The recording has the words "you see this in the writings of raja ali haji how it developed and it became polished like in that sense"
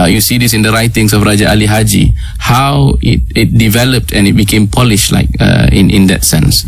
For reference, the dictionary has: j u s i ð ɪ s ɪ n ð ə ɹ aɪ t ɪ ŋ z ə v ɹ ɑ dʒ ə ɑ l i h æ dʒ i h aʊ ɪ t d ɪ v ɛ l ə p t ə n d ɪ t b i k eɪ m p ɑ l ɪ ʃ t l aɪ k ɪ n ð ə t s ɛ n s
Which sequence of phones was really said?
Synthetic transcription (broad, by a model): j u s i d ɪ s ɪ n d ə ɹ aɪ t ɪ ŋ s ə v ɹ ɑ dʒ ə ɑ l i h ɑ dʒ i h aʊ ɪ t d ɪ v ɛ l ə p t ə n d ɪ t b i k eɪ m p ɑ l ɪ ʃ l aɪ k ɪ n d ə t s ɛ n s